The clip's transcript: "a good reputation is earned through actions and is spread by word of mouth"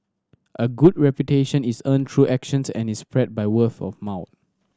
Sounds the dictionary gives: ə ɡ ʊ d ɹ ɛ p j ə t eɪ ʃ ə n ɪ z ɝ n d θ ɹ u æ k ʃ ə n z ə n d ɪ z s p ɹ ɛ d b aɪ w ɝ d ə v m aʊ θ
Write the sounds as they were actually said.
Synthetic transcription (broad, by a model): ə ɡ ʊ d ɹ ɛ p j ə t eɪ ʃ ə n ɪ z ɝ n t ɹ u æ k ʃ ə n s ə n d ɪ s p ɹ ɛ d b aɪ w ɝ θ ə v m aʊ t